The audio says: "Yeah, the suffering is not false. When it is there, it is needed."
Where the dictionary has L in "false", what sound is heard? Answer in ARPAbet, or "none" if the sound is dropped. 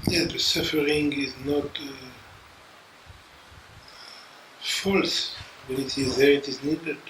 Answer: L